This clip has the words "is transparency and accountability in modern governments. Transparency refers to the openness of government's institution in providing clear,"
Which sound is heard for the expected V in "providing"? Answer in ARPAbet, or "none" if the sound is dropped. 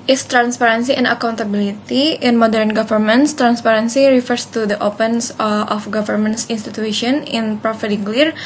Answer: F